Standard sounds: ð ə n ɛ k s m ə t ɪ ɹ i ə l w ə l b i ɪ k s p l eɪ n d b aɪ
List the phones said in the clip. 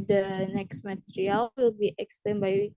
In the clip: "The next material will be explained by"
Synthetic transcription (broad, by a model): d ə n ɛ k s m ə t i ɹ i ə l w ə l b i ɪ k s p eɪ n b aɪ